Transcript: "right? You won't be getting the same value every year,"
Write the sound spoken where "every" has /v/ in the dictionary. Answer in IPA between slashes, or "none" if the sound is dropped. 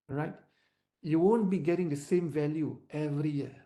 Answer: /v/